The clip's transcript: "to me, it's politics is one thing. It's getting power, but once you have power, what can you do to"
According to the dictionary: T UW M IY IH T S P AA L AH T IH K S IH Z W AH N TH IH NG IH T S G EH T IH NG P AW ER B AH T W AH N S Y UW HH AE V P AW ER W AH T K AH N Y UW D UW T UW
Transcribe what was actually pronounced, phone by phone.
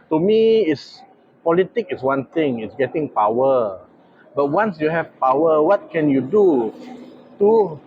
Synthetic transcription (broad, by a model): T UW M IY IH T S P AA L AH T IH K IH S W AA N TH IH NG IH T S G EH T IH NG P AW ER B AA T W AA N S Y UW HH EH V P AW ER W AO T K AH N Y UW D UW T UW